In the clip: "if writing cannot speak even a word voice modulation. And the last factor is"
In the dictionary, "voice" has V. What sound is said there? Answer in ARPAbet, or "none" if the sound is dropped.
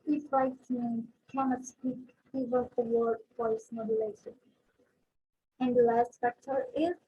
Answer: F